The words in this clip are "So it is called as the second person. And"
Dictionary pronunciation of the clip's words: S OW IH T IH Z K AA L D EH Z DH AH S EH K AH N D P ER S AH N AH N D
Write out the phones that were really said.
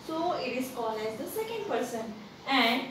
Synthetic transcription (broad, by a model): S OW IH T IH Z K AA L EH Z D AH S EH K AH N D P ER S AH N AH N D